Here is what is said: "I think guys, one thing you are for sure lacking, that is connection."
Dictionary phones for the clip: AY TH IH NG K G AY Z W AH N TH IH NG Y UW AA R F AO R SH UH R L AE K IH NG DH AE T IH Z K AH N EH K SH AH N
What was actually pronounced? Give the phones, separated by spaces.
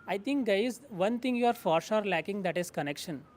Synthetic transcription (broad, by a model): AY T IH NG K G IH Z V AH N T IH NG Y UW AA R F AO R S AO R L AE K IH NG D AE T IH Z K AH N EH K SH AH N